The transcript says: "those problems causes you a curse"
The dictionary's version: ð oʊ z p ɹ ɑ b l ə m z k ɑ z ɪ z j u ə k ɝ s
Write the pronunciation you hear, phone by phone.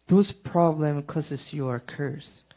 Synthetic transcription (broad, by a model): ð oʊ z p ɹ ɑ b l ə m k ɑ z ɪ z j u ə k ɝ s